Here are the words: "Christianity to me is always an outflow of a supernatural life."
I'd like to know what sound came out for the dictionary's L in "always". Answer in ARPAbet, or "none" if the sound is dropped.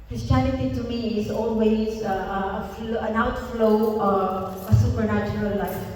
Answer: N